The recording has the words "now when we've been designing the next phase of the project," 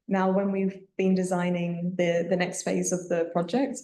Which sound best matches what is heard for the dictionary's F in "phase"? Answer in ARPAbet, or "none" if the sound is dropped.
F